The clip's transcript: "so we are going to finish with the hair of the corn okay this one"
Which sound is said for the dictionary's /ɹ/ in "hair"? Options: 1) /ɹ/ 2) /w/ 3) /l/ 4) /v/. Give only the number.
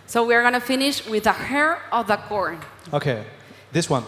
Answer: 1